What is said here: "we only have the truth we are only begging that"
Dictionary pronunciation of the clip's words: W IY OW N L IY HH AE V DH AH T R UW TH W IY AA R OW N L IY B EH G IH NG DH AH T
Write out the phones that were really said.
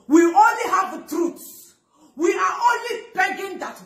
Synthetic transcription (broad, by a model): W IY OW N L IY HH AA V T R UW S W IY AA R OW N L IY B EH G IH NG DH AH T